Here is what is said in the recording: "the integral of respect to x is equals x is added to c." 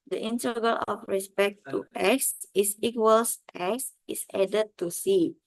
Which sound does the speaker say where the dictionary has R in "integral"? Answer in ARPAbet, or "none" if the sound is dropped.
none